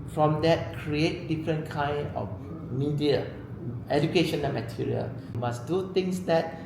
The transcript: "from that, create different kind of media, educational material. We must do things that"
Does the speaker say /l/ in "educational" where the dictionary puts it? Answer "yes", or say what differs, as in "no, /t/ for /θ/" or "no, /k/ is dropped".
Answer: no, /n/ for /l/